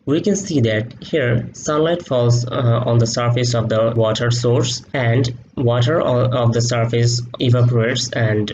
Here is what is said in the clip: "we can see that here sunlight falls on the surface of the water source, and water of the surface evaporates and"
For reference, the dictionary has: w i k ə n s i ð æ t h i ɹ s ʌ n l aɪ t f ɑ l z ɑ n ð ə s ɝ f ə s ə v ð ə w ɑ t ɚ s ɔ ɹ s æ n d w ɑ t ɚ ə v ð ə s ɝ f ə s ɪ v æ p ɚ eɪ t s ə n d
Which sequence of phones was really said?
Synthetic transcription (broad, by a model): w i k ə n s i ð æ t h i ɹ s ʌ n l aɪ t f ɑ l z ɑ n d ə s ɝ f ə s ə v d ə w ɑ t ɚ s ɔ ɹ s æ n d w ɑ t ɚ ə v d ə s ɝ f ə s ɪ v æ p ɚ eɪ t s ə n d